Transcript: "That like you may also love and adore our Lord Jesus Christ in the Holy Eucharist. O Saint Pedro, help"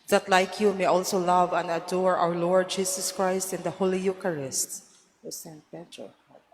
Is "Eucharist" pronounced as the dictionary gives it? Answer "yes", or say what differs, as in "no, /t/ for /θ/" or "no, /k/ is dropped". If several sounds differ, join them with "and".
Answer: yes